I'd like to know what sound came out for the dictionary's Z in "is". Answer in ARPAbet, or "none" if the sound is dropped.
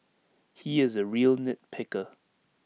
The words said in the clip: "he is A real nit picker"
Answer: Z